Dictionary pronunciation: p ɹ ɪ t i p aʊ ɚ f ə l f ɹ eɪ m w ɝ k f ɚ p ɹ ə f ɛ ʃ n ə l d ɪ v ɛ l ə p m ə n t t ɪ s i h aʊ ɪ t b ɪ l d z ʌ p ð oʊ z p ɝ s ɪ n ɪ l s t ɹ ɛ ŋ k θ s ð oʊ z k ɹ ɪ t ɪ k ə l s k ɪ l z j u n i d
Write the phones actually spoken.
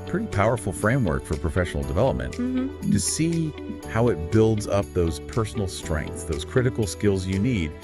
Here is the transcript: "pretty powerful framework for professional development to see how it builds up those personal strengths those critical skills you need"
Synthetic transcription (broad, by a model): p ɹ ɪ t i p aʊ ɚ f l f ɹ eɪ m w ɝ k f ɚ p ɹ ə f ɛ ʃ n l d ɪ v ɛ l ə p m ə n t t ɪ s i h aʊ ɪ t b ɪ l d z ʌ p ð oʊ z p ɝ s n l s t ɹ ɛ ŋ k θ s ð oʊ z k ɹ ɪ t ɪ k l s k ɪ l z j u n i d